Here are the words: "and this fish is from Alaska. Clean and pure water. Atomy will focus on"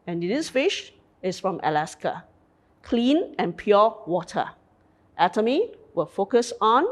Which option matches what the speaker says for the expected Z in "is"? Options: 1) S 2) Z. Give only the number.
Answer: 1